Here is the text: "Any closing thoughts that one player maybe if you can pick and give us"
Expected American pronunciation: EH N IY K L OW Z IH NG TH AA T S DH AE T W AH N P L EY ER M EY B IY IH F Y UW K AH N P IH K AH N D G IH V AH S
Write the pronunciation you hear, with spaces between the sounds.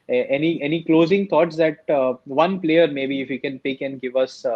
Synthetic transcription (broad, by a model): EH N IY K L OW Z IH NG T AA T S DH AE T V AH N P L EY ER M EY B IY IH F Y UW K AH N P IH K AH N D G IH V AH S